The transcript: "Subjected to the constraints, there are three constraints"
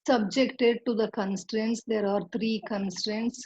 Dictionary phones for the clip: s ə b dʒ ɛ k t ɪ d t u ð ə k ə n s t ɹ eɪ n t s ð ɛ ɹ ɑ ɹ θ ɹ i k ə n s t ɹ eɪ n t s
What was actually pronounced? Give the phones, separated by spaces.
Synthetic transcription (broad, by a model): s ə b dʒ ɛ k t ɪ d t u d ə k ə n s t ɹ eɪ n t s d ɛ ɹ ɑ ɹ t ɹ i k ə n s t ɹ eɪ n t s